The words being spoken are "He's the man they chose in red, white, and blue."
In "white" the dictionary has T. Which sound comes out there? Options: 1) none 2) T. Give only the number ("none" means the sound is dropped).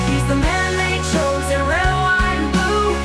1